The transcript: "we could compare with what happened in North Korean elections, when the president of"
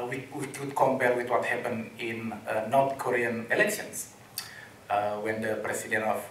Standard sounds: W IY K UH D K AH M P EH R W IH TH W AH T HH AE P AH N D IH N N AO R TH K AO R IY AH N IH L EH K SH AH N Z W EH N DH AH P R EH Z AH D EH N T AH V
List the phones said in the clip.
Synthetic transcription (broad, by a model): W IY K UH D K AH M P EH L W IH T W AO T HH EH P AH N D IH N N AO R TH K AO R IY AH N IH L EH K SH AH N S W EH N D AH P R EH S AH D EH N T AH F